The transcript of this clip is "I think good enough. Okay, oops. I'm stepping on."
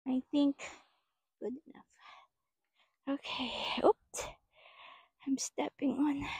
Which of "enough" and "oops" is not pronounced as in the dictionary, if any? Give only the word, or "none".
oops